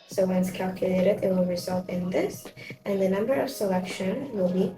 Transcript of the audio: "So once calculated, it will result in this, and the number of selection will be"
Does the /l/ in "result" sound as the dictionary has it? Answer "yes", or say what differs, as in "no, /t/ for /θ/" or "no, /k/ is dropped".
yes